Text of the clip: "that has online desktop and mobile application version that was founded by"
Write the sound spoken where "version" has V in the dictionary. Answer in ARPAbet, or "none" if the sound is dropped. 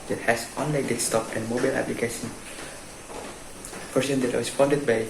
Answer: P